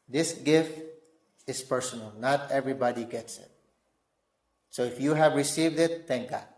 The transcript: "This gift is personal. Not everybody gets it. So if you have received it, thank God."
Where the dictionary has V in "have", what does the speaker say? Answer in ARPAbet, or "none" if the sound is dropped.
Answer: V